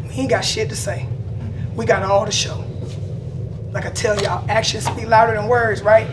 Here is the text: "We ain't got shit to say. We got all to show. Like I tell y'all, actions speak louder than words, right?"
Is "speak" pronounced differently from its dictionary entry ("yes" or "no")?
yes